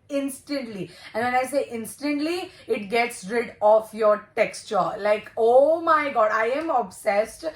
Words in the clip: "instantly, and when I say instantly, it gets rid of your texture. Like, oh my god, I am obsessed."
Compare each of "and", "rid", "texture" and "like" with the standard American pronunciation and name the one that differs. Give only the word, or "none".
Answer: none